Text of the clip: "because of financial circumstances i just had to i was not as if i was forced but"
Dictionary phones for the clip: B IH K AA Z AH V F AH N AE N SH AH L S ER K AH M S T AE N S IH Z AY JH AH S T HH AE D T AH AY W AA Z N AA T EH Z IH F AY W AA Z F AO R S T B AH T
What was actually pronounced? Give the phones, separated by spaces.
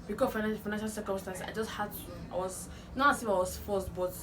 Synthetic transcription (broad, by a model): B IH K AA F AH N F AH N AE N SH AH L S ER K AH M S T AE N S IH IH JH AH S T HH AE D T AH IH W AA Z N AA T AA S IH F AY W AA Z F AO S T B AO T